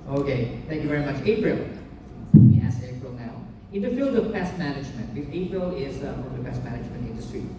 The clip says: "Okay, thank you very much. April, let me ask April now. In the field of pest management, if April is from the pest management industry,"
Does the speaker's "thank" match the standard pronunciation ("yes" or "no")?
no